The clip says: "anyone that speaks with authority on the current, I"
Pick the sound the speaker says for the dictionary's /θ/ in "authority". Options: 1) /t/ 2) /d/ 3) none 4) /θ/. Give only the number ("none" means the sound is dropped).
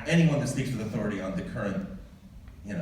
4